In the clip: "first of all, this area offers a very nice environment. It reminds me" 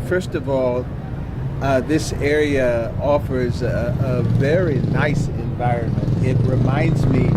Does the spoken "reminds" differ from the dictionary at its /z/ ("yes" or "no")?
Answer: no